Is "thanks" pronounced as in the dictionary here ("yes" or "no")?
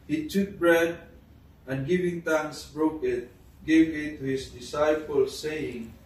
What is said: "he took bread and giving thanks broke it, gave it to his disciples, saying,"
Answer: no